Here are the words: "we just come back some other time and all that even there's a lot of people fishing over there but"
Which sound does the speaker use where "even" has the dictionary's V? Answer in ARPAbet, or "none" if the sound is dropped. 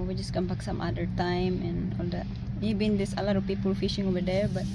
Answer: B